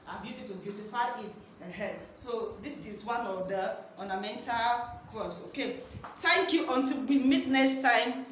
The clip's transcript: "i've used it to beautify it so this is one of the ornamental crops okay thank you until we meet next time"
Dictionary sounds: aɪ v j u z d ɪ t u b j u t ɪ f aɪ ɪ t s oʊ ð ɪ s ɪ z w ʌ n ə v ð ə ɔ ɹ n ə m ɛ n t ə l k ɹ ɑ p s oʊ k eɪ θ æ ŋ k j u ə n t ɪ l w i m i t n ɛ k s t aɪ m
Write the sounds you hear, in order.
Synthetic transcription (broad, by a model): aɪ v j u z ɪ t u b j u t ɪ f aɪ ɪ t s oʊ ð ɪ s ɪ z w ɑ n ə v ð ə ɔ n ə m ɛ n t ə l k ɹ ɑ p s oʊ k eɪ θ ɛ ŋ k j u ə n t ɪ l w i m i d n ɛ s t aɪ m